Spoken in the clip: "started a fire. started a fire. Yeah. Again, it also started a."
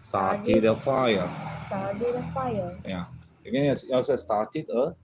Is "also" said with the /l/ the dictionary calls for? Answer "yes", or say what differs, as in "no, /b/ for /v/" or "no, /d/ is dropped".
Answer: no, /l/ is dropped